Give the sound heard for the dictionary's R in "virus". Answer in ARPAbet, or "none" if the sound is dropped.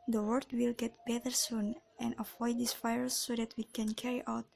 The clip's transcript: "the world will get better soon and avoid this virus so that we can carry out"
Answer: none